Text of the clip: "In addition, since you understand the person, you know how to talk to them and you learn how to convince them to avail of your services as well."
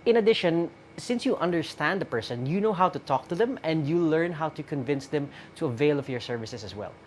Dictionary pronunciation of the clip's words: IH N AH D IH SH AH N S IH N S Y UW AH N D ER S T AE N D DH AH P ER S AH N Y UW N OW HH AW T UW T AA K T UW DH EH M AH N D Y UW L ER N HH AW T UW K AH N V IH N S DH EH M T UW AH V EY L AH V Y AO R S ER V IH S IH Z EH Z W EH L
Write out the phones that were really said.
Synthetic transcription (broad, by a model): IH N AH D IH SH AH N S IH N S Y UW AH N D ER S T AE N D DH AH P ER S AH N Y UW N OW HH AW T UW T AA K T UW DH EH M AH N D Y UW L ER N HH AW T UW K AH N V IH N S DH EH M T UW AH V EY L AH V Y AO R S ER V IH S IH S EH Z W EH L